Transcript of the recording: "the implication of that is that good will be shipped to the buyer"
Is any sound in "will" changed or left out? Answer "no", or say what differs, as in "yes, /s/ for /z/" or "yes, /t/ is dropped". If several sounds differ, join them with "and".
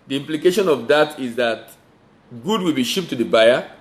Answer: no